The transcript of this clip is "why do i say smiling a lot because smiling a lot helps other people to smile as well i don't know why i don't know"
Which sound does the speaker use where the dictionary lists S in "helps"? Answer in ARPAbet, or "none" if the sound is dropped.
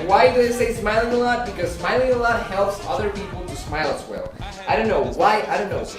S